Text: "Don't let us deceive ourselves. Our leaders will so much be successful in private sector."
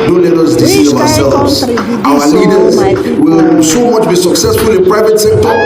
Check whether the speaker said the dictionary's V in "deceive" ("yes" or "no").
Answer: no